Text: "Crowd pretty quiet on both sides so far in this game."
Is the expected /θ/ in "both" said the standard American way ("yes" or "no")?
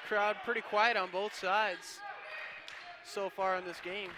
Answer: yes